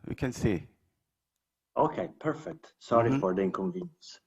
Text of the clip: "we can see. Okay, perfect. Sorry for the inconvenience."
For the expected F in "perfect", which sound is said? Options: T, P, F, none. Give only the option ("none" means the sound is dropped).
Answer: F